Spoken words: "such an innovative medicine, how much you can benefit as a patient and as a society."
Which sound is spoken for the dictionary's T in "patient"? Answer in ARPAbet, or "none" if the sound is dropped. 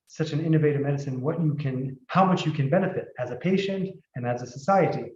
T